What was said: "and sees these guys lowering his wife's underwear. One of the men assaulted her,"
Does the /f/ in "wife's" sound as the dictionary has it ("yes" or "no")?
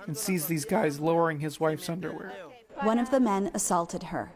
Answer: yes